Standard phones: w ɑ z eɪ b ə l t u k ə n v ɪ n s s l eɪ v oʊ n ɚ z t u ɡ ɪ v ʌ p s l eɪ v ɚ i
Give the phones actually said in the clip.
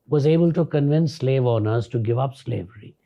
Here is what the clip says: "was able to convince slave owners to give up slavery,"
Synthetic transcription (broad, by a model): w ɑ z eɪ b ə l t u k ə n v ɪ n s s l eɪ v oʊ n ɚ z t u ɡ ɪ v ʌ p s l eɪ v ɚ i